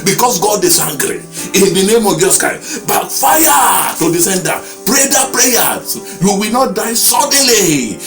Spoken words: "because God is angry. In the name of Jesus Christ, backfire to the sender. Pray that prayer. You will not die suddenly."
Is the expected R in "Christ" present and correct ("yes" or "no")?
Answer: no